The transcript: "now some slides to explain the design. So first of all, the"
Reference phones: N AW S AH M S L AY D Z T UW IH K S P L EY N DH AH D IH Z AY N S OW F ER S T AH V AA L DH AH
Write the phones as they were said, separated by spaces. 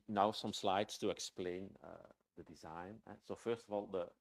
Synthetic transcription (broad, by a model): N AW S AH M S L AY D S T UW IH K S P L EY N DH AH D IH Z AY N S OW F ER S T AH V AA L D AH